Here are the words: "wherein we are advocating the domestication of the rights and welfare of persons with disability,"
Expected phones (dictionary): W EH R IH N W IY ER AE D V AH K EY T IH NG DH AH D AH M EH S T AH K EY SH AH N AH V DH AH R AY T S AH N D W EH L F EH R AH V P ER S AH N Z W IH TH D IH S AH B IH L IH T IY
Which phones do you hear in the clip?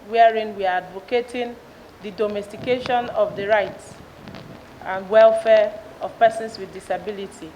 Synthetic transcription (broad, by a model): W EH R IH N W IY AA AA D V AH K EY T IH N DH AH D AH M EH S T AH K EY SH AH N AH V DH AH R AY T S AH N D W EH L F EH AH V P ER S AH N S W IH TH D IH S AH B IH L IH T IY